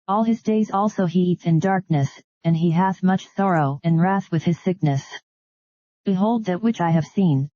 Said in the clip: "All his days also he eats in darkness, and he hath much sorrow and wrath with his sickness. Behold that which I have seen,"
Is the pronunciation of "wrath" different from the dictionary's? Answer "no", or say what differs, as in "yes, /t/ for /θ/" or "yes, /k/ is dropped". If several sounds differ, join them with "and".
no